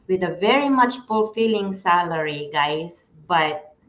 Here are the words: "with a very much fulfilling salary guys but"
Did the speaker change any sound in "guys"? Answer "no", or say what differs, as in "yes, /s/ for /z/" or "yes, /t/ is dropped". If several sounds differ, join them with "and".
yes, /s/ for /z/